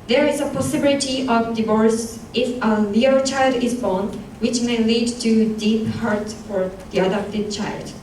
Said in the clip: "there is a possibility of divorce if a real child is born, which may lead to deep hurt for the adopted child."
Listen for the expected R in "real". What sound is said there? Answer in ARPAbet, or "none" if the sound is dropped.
L